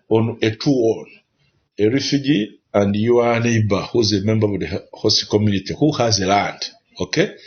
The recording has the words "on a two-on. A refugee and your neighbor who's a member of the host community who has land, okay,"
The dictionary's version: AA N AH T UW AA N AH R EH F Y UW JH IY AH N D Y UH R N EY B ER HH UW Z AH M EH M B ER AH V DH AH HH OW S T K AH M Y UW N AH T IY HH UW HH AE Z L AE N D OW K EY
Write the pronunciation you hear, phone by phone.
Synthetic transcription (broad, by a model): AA N AH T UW AA N AH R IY F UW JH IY AH N D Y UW W N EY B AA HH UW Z AH M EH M B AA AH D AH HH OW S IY K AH M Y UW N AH T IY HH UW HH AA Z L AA N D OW K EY